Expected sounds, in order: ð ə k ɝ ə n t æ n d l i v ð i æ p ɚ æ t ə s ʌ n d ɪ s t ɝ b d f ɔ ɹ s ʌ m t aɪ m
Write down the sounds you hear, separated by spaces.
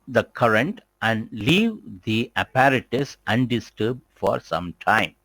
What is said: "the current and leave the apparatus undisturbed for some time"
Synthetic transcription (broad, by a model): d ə k ɝ ə n t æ n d l i v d i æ p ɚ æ t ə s ʌ n d ɪ s t ɝ b d f ɔ ɹ s ʌ m t aɪ m